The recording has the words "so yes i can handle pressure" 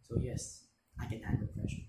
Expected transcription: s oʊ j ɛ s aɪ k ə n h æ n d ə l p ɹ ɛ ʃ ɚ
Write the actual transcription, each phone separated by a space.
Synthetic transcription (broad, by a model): s oʊ j ɛ s aɪ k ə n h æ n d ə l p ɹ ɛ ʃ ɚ